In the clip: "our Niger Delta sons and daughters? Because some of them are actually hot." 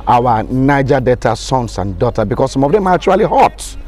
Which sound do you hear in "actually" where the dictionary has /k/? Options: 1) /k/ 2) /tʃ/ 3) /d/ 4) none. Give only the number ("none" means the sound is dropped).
4